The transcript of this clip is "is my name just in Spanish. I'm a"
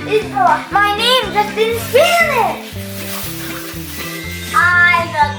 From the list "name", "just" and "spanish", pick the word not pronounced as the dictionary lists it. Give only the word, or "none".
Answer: spanish